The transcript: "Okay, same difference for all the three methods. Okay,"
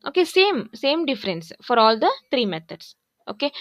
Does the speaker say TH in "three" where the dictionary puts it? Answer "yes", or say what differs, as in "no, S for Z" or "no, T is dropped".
no, T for TH